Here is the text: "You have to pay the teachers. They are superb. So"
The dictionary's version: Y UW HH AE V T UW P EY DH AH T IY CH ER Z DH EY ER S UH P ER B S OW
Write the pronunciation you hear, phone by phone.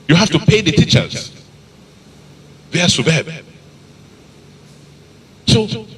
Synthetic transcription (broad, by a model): Y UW HH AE F T UW P EY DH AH T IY CH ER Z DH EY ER S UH B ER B S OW